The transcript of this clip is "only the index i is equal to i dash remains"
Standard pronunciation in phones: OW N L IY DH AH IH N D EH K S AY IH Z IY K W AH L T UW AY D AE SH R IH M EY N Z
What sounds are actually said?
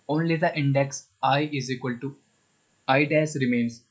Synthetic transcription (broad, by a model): OW N L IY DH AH IH N D EH K S AY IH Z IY K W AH L T UW AY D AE S R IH M EY N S